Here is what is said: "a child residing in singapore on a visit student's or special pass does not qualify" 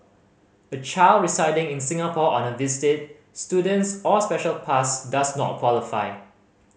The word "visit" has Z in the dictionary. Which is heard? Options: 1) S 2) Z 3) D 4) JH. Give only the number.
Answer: 1